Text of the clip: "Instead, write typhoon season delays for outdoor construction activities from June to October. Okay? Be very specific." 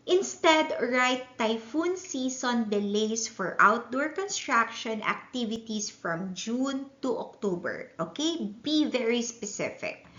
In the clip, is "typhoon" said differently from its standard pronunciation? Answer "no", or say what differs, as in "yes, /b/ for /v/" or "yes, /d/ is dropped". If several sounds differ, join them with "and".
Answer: no